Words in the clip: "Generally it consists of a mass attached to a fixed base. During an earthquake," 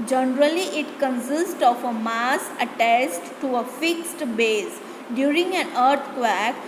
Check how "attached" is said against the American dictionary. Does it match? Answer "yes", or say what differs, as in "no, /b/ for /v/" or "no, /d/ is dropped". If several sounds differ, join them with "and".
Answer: no, /s/ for /tʃ/